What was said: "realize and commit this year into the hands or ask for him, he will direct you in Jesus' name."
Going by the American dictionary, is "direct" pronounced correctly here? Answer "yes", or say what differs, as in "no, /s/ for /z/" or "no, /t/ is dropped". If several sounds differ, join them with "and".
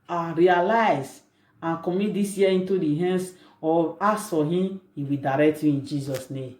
yes